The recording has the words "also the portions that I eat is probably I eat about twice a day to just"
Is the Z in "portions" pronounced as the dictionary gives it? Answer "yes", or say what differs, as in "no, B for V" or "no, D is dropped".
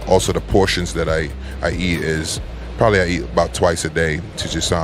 yes